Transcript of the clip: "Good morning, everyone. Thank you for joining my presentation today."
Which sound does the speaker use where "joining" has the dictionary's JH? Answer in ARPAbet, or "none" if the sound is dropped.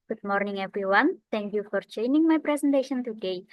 CH